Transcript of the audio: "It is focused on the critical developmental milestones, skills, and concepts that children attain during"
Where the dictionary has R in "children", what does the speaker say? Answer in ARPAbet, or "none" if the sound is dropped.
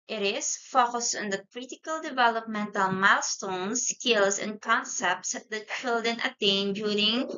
none